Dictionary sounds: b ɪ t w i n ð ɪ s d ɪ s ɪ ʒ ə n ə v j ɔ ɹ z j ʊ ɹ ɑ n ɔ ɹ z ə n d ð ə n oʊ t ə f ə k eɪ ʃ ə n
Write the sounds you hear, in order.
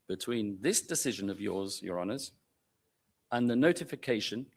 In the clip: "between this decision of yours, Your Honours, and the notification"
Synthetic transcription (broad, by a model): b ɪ t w i n ð ɪ s d ɪ s ɪ ʒ ə n ə v j ɔ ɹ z j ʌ ɹ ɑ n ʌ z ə n ð ə n oʊ t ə f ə k eɪ ʃ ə n